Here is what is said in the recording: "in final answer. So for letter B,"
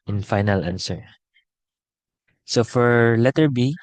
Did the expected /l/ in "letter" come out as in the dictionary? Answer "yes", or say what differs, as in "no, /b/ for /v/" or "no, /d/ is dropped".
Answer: yes